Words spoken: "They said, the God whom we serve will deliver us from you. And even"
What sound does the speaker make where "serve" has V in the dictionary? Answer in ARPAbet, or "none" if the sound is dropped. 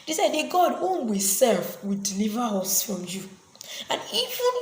F